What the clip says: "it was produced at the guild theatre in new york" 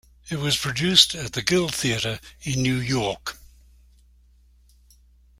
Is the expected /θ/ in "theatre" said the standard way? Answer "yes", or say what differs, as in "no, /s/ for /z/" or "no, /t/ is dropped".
yes